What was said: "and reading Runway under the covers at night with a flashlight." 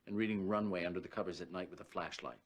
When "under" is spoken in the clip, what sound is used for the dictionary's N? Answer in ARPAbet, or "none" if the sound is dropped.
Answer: N